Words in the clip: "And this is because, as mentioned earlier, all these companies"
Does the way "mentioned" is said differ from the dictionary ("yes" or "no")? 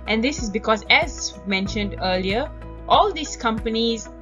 no